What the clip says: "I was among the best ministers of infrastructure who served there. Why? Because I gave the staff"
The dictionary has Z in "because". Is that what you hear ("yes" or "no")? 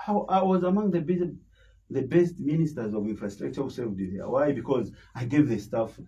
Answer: yes